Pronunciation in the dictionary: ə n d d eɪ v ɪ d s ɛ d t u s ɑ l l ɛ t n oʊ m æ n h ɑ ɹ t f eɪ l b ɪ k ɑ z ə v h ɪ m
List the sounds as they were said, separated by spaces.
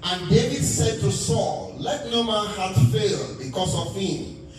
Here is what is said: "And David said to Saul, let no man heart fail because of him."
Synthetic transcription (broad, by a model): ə n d d eɪ v ɪ d s ɛ d t u s ɑ l l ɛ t n oʊ m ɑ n h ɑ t f eɪ l b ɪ k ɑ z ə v h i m